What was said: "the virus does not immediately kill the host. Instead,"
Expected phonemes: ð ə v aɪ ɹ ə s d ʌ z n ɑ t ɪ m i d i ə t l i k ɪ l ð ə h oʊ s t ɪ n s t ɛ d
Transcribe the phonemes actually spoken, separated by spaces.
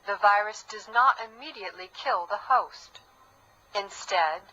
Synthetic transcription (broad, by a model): ð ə v aɪ ɹ ə s d ʌ z n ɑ t ɪ m i d i ə t l i k ɪ l ð ə h oʊ s t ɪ n s t ɛ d